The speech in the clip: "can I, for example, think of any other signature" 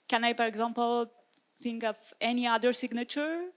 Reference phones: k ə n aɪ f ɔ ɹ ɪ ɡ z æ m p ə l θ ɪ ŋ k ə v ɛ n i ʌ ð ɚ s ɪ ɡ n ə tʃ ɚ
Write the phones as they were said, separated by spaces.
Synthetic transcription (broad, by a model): k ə n aɪ p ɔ ɹ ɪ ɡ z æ m p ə l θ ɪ ŋ k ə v ɛ n i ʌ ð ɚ s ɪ ɡ n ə tʃ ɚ